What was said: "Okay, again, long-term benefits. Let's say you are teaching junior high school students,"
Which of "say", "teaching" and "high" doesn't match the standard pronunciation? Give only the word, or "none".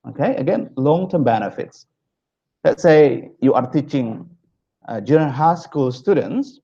none